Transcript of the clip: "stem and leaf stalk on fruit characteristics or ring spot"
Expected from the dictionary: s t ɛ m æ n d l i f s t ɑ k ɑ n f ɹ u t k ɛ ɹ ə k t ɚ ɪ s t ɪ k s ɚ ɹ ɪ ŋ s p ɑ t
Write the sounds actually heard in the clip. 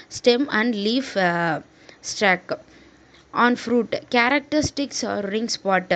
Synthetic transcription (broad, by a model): s t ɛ m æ n d l i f s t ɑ k ɑ n f ɹ u t k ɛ ɹ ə k t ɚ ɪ s t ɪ k s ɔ ɹ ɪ ŋ s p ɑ t